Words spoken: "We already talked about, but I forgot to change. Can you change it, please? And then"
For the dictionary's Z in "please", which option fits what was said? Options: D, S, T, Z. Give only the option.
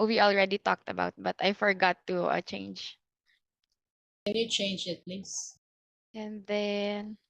S